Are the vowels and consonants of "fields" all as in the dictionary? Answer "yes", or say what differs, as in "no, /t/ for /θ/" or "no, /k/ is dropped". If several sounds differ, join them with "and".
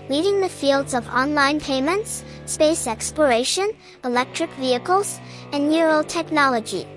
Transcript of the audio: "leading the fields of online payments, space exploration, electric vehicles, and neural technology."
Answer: yes